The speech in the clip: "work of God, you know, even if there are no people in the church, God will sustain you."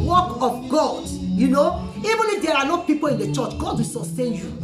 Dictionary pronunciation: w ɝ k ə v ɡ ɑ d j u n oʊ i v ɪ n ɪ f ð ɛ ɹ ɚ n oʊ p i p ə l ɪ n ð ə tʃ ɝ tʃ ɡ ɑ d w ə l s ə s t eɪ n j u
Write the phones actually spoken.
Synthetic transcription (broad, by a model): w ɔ k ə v ɡ ɑ d j u n oʊ i v ɪ n ɪ f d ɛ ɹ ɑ n oʊ p i p ə l ɪ n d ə tʃ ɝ tʃ ɡ ɑ d w ə l s ə s t eɪ n j u